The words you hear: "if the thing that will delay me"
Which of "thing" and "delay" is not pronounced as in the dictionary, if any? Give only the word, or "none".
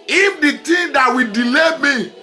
thing